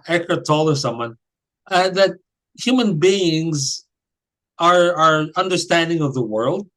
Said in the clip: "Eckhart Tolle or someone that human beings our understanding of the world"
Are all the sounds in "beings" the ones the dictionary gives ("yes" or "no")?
yes